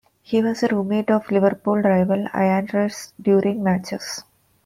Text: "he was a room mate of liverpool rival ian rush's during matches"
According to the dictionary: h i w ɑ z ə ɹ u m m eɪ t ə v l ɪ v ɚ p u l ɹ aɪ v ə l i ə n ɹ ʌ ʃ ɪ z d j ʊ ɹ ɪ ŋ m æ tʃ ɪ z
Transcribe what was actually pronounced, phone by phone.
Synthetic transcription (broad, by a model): h i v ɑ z ə ɹ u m m eɪ t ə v l ɪ v ɚ p u l ɹ aɪ v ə l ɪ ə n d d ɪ s d j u ɹ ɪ ŋ m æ tʃ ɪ s